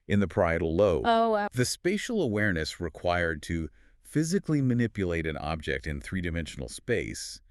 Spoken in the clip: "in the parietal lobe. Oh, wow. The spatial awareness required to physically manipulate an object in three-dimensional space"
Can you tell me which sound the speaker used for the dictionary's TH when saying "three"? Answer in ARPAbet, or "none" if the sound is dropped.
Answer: TH